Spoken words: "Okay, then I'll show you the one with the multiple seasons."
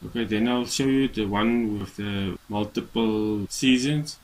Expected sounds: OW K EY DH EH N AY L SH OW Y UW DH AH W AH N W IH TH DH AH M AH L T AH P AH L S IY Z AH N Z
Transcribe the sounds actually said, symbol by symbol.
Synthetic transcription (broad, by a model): OW K EY DH EH N AY L SH OW Y UW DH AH W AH N W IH DH AH M AH L T AH P AH L S IY Z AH N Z